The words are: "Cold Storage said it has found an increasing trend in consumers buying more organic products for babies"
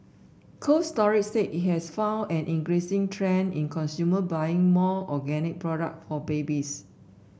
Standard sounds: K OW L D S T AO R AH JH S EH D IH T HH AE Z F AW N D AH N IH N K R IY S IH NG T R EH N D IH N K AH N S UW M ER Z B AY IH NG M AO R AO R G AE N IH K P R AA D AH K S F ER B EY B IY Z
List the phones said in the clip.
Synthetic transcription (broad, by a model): K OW S T AO R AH CH S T IH T HH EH S F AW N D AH N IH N K R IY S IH NG T R EH N IH N K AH N S UW M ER B AY IH NG M AO AO G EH N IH K P R AA D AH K F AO B EY B IY S